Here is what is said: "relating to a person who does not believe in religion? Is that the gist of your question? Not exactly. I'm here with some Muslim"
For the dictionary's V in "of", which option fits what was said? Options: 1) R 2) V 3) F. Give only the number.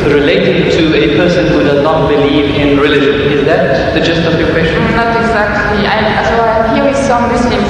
3